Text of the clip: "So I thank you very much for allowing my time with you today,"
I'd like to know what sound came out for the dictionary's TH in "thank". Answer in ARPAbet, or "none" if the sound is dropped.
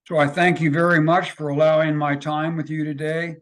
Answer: TH